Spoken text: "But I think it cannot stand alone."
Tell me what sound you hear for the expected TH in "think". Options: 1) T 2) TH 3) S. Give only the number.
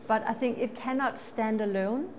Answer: 2